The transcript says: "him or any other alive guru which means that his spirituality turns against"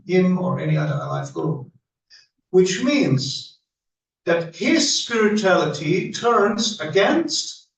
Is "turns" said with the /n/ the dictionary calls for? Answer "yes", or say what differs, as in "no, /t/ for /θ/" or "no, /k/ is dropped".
yes